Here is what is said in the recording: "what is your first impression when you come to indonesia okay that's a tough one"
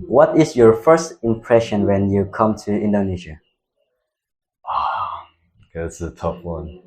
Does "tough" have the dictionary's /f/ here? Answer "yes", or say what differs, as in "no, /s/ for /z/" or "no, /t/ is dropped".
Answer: no, /p/ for /f/